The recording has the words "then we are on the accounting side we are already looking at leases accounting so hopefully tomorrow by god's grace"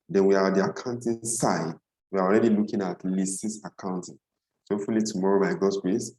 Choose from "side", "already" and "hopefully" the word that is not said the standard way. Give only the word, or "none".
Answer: hopefully